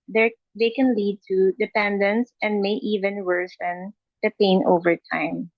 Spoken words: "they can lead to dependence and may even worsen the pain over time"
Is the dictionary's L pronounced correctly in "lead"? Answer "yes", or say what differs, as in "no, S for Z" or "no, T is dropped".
yes